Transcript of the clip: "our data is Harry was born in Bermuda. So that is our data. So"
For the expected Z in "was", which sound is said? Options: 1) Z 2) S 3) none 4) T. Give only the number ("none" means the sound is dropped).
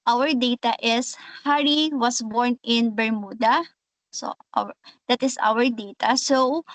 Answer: 2